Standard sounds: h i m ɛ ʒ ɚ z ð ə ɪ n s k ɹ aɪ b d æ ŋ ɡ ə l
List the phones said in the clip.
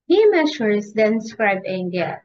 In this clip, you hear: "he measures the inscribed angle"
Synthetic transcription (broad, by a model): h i m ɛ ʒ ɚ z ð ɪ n s k ɹ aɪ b æ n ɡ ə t